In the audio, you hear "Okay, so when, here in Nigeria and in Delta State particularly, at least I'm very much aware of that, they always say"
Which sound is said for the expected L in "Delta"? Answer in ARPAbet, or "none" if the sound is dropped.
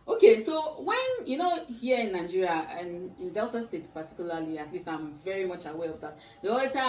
L